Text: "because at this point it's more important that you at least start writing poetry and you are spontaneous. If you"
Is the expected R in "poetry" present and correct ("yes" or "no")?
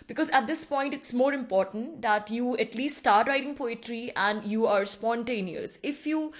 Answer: yes